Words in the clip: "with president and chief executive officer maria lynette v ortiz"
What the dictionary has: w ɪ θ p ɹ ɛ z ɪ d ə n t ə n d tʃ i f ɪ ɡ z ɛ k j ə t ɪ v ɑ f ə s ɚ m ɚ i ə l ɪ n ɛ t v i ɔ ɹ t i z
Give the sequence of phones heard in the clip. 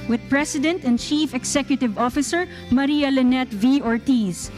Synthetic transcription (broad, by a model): w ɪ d p ɹ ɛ s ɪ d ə n t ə n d tʃ i f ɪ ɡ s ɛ k j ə t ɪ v ɑ f ə s ɚ m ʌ i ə l ɪ n ɛ t v i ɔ ɹ t i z